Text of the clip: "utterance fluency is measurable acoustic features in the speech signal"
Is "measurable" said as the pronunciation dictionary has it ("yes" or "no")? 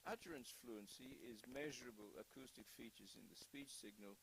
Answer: yes